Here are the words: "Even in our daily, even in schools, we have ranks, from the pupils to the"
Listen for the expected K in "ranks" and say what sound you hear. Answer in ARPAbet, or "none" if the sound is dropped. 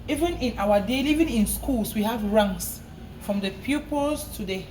none